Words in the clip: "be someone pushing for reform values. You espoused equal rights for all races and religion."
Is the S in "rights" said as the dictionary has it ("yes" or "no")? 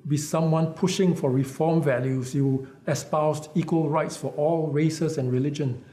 yes